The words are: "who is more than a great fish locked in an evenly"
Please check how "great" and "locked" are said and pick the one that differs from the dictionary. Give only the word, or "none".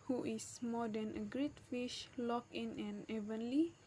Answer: locked